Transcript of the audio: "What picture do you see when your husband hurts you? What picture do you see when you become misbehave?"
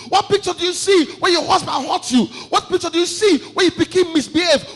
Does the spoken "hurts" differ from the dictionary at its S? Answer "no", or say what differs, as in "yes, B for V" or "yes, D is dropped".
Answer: yes, S is dropped